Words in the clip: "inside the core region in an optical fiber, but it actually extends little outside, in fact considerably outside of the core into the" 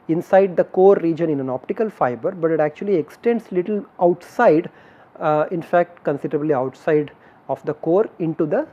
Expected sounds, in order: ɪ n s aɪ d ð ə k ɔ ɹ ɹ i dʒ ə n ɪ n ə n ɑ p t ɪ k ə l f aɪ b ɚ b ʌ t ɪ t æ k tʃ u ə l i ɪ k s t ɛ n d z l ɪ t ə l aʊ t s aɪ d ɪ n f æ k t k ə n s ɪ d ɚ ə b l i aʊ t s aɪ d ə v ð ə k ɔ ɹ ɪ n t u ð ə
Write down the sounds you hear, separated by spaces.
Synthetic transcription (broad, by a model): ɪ n s aɪ d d ə k ɔ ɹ ɹ i dʒ ə n ɪ n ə n ɑ p t ɪ k ə l f aɪ b ɚ b ʌ t ɪ t æ k tʃ u ə l i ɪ k s t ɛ n d s l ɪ t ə l aʊ t s aɪ d ɪ n f æ k t k ə n s ɪ d ɚ ə b l i aʊ t s aɪ d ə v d ə k ɔ ɹ ɪ n t u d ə